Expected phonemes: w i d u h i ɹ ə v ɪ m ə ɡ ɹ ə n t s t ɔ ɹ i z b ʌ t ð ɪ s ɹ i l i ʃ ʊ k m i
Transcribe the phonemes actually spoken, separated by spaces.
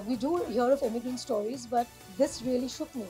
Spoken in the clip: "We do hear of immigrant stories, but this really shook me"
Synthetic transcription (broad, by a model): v i d u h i ɹ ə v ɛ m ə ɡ ə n s t ɔ ɹ i z b ʌ t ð ɪ s ɹ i l i ʃ ʊ k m i